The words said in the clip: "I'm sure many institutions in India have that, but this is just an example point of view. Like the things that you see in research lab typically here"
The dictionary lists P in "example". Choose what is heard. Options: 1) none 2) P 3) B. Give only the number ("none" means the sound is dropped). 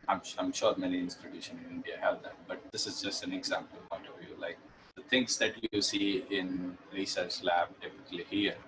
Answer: 2